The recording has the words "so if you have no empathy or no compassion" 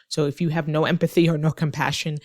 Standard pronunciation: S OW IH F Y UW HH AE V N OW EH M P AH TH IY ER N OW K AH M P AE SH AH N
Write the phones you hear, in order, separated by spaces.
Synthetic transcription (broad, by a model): S OW IH F Y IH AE V N OW EH M P AH TH IY ER N OW K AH M P AE SH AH N